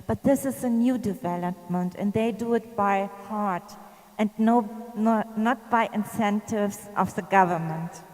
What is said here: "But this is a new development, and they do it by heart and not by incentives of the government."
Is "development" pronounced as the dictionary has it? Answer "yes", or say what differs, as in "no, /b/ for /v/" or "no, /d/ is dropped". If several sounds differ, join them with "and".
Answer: yes